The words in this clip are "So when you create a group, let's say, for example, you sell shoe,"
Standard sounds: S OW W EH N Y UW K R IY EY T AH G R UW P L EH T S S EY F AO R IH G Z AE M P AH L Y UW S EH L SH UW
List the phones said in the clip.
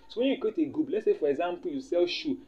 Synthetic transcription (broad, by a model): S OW W EH N Y UW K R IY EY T AH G UW B L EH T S S EY F AO R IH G Z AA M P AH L Y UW S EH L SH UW